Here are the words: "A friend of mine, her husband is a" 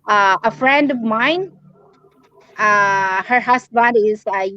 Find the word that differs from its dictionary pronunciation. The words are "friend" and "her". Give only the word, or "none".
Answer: none